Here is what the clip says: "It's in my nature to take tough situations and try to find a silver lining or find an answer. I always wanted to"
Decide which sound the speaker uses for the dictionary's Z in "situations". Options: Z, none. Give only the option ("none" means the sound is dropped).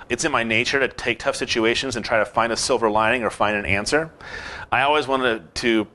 Z